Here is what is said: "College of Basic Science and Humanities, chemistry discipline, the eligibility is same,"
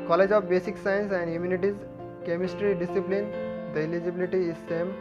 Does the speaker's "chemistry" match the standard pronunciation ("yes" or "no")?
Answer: yes